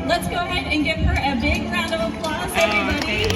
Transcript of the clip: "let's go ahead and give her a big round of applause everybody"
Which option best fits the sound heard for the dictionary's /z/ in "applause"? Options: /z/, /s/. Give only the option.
/s/